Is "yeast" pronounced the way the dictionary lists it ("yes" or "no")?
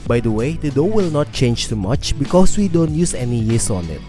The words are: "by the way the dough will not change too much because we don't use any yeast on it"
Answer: no